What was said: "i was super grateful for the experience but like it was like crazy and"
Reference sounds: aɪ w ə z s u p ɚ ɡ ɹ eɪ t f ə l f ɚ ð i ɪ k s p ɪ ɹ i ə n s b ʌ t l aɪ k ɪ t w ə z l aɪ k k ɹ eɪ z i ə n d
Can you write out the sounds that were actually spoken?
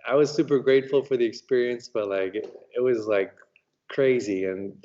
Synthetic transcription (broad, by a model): aɪ w ə z s u p ɚ ɡ ɹ eɪ t f l f ɚ ð i ɪ k s p ɪ ɹ i ə n s b ʌ t l aɪ k ɪ t w ə z l aɪ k k ɹ eɪ z i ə n